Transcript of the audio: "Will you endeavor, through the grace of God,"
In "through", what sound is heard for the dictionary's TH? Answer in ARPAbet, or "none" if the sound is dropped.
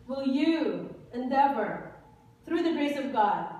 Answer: TH